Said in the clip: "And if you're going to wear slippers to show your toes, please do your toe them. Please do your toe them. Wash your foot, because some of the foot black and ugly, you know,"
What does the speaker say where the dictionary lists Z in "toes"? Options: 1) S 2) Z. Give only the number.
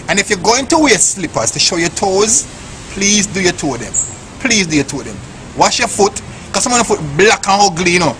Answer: 2